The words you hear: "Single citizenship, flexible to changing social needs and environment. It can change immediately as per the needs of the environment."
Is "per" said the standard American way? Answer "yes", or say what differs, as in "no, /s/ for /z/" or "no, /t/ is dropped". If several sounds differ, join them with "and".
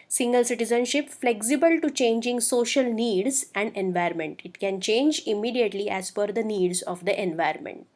no, /f/ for /p/